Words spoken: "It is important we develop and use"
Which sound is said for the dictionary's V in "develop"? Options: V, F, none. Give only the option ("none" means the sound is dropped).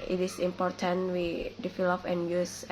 F